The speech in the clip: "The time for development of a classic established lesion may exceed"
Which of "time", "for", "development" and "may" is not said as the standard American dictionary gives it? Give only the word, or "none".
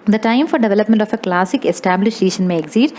none